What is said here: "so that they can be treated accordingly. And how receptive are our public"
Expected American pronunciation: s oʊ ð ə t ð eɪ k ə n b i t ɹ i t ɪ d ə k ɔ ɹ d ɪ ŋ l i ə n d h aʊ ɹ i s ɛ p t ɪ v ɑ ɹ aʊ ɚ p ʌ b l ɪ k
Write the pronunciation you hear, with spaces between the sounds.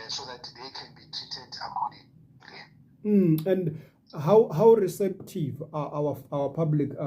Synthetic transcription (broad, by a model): s oʊ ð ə t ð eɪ k ə n b i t i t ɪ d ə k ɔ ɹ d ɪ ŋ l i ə n d h aʊ ɹ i s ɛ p t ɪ v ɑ w aʊ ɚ p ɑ b l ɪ k